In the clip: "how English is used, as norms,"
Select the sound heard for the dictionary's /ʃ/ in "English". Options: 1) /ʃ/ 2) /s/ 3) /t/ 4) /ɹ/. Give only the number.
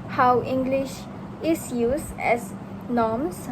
1